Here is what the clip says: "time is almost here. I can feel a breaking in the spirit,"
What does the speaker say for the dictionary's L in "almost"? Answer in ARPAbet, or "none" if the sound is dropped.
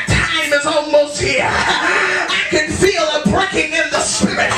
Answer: N